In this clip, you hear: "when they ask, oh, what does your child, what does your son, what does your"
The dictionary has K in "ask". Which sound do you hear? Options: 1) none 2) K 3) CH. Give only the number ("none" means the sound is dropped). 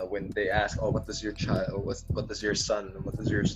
2